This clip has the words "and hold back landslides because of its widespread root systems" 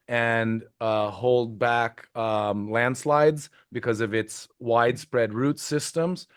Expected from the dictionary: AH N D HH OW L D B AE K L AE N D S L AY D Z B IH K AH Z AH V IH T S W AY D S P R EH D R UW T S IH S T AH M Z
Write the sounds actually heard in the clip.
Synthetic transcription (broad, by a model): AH N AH HH OW L D B AE K L AE N D S L AY D Z B IH K AH Z AH V IH T S W AY D S P R EH D R UW T S IH S T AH M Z